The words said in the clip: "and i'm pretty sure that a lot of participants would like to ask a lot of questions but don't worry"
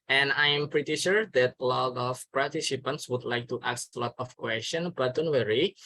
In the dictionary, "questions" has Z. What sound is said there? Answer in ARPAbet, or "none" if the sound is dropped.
none